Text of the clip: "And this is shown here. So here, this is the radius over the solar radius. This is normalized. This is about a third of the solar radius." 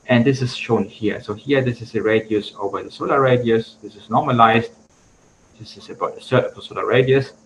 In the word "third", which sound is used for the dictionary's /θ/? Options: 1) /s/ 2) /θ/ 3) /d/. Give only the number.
1